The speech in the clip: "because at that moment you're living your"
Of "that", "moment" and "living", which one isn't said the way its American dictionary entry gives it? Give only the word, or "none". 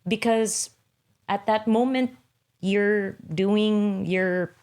living